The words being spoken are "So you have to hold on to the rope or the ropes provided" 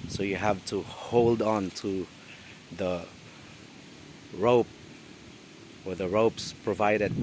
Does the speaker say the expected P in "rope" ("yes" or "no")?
yes